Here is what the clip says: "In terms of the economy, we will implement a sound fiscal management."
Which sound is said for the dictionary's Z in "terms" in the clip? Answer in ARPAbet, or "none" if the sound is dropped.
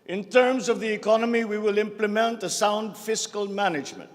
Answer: Z